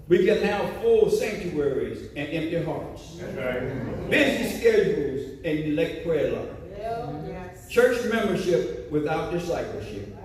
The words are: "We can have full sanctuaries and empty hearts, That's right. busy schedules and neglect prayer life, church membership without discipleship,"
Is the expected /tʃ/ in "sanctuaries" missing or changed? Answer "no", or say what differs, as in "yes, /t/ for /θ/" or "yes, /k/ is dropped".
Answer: no